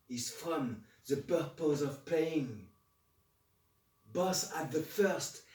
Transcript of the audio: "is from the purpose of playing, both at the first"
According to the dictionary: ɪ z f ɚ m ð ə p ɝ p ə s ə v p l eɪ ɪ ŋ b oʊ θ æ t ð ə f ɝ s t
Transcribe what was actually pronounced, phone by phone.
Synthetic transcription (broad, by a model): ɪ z f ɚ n ð ə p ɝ p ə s ə v p eɪ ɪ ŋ b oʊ s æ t ð ə f ɝ s t